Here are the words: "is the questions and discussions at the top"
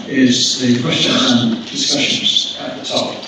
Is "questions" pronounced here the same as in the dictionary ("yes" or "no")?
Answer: no